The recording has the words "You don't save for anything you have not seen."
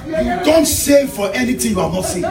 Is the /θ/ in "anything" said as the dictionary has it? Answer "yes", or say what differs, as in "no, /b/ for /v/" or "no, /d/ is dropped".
no, /t/ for /θ/